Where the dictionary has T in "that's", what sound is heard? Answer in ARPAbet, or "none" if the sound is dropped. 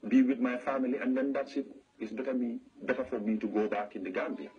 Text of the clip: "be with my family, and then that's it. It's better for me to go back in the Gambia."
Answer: S